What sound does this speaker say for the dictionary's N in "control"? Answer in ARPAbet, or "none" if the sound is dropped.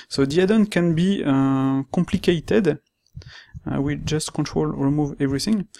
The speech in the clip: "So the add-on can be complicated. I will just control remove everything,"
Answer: N